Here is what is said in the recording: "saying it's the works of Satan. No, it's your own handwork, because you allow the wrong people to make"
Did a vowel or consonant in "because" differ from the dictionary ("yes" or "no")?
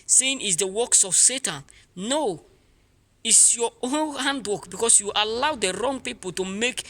yes